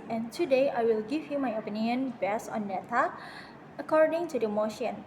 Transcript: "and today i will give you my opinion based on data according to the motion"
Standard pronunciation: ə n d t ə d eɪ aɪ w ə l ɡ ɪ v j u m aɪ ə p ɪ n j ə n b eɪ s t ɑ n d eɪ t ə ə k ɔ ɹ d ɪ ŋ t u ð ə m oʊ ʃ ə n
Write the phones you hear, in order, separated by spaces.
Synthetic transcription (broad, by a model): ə n t ə d eɪ aɪ w ə l ɡ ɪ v j u m aɪ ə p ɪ n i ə n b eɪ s ɑ n d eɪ t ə ə k ɔ ɹ d ɪ ŋ t u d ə m oʊ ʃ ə n